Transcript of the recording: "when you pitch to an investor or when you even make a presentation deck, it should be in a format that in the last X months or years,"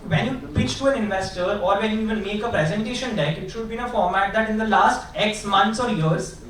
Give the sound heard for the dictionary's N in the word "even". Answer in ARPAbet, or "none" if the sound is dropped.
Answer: L